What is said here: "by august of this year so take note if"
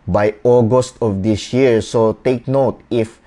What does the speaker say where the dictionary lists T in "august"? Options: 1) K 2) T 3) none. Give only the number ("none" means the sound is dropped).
2